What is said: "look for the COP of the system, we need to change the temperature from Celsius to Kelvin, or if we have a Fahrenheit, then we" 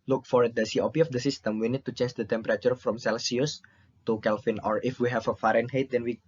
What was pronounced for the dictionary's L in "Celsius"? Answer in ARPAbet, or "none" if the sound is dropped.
L